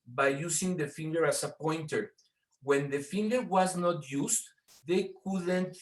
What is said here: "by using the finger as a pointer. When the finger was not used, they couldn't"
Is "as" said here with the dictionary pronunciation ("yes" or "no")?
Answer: no